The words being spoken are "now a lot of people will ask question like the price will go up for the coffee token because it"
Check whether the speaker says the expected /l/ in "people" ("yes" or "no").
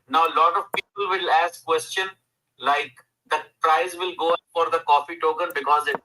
yes